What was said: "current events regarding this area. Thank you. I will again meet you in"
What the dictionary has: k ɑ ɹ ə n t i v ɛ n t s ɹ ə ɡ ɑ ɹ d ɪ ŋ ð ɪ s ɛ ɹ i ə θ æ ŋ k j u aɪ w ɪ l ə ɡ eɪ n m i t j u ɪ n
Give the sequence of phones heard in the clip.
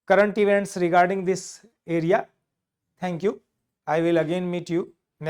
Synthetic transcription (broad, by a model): k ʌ ɹ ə n t i v ɛ n t s ɹ ə ɡ ɑ ɹ d ɪ ŋ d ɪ s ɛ ɹ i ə t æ ŋ k j u aɪ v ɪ l ə ɡ eɪ n m i t j u n